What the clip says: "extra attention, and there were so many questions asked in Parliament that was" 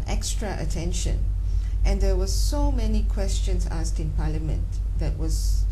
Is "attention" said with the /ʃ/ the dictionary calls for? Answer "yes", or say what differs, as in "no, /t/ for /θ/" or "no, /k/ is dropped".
yes